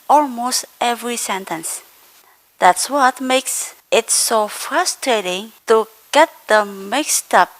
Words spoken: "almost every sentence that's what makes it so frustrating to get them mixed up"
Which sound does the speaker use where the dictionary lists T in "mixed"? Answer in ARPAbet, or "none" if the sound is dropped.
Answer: T